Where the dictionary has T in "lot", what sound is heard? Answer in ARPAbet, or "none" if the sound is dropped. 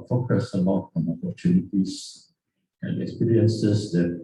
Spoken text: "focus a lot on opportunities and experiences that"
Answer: none